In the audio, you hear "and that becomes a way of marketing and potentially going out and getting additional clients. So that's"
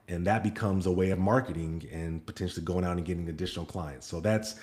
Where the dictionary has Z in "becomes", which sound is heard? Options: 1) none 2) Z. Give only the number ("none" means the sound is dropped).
2